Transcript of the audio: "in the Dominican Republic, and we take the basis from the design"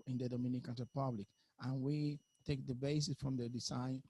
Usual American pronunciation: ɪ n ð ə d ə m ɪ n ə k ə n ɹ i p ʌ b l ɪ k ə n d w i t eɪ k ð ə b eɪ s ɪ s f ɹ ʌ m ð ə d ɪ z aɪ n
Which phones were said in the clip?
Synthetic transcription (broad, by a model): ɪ n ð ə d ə m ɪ n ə k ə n ɹ i p ʌ b l ɪ k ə n w i t eɪ k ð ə b eɪ s ɪ s f ɹ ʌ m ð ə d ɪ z aɪ n